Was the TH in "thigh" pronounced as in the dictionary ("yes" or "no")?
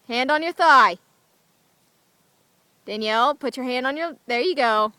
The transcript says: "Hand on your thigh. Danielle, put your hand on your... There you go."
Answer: yes